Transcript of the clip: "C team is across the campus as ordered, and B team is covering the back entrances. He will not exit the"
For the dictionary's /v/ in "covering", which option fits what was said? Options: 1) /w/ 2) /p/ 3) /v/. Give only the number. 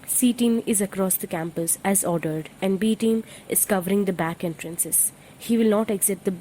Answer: 3